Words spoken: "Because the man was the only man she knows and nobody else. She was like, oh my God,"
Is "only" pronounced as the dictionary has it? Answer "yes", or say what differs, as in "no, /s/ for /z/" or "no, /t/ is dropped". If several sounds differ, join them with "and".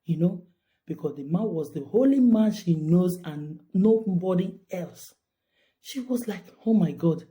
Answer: no, /n/ is dropped